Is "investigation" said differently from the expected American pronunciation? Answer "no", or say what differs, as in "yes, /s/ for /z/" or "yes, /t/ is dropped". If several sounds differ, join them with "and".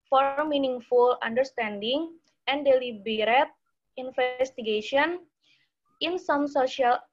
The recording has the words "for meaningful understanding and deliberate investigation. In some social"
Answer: yes, /f/ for /v/